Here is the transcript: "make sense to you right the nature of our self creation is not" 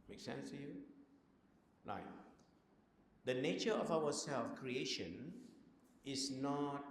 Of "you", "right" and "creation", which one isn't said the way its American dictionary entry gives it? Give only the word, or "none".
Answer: right